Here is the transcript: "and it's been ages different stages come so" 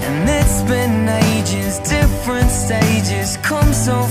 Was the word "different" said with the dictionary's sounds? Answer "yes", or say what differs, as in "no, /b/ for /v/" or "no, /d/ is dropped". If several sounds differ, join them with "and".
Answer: yes